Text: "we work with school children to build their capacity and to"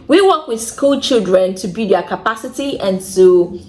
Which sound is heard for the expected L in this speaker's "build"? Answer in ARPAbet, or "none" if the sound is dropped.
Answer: none